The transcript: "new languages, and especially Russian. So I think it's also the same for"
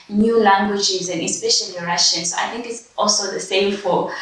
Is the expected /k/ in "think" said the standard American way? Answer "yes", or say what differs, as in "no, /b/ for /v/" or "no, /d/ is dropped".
yes